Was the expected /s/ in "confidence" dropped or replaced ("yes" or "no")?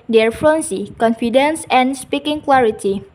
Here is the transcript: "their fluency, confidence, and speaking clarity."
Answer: no